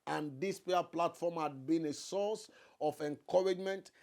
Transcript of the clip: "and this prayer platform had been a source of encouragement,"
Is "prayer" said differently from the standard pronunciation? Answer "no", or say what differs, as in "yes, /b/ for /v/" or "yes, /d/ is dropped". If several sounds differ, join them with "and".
yes, /ɹ/ is dropped